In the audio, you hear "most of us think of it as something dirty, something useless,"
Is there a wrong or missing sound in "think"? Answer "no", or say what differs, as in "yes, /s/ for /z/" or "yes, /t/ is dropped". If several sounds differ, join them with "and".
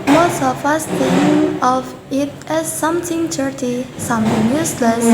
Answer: yes, /k/ is dropped